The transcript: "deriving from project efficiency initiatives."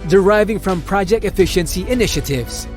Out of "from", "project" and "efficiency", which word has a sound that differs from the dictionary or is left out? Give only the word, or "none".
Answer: none